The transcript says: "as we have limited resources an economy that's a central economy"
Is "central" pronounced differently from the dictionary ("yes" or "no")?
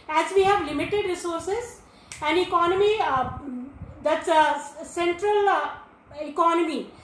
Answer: no